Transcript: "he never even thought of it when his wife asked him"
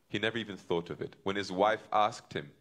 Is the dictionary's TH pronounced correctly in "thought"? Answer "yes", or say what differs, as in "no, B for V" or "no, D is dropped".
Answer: yes